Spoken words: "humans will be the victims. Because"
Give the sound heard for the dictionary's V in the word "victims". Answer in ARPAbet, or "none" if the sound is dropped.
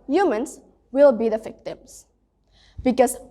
F